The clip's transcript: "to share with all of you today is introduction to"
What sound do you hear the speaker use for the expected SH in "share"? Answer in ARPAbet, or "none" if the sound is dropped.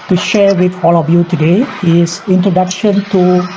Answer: SH